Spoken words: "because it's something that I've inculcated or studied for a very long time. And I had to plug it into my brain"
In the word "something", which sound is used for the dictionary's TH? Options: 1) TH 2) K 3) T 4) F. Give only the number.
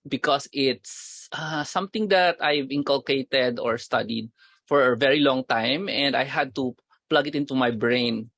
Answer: 3